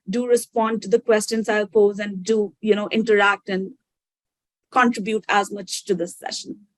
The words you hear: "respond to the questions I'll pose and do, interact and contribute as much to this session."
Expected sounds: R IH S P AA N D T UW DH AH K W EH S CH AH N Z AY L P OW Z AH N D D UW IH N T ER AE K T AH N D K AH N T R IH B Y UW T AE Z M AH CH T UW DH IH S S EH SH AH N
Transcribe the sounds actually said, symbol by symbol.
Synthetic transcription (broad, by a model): R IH S P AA N D T UW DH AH K W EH S CH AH N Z AY L P OW Z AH N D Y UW IH N T ER AE K T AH N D K AH N T R IH B Y UW T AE Z M AH CH T UW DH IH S S EH SH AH N